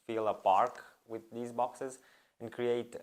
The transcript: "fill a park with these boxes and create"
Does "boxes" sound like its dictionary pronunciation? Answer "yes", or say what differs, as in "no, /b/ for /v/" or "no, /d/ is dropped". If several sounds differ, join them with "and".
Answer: yes